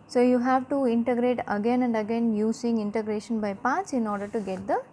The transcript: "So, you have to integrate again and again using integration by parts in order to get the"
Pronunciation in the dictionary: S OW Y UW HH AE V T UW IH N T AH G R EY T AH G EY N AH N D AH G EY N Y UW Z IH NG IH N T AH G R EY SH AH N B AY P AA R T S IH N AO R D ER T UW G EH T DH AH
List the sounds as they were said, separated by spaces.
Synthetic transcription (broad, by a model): S OW Y UW HH AE V T UW IH N T AH G R EY T AH G EY N AH N D AH G EY N Y UW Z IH NG IH N T AH G R EY SH AH N B AY P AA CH IH N AO R D ER T UW G EH T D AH